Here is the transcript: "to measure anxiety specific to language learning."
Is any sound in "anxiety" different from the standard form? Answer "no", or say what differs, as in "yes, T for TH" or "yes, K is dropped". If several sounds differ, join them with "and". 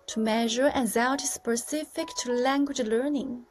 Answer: yes, NG is dropped